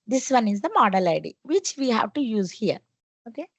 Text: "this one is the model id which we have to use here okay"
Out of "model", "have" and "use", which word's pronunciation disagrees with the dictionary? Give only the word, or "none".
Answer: none